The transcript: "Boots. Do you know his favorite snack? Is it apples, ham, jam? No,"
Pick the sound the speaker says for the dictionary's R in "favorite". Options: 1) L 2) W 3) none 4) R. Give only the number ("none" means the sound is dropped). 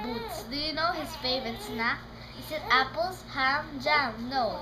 3